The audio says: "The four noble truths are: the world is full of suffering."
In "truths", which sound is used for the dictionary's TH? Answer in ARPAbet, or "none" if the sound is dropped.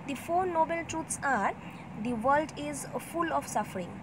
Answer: T